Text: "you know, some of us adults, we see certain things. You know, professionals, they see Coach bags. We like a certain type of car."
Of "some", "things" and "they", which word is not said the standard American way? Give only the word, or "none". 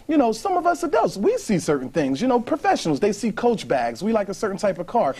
none